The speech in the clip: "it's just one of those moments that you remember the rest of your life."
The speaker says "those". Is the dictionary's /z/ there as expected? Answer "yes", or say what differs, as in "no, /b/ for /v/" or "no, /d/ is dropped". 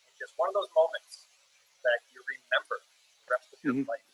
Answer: yes